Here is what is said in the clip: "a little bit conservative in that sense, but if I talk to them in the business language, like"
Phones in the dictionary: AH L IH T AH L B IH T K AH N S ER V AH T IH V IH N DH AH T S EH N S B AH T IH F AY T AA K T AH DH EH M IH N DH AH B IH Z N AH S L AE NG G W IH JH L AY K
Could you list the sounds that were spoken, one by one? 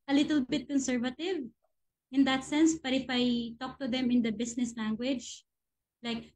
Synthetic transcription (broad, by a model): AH L IH T AH L B IH T K AH N S ER V AH T IH V IH N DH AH T S EH N S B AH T IH F AY T AA K T AH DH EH M IH N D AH B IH S N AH S L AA NG G W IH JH L AY K